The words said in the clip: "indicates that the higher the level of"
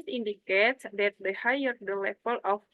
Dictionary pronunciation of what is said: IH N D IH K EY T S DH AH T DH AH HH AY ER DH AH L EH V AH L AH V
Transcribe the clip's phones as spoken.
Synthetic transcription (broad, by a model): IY N D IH K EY T S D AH T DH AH HH AY ER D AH L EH F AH L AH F